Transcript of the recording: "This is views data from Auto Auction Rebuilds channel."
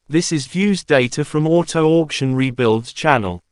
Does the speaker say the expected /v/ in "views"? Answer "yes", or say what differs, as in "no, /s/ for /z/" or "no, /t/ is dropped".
yes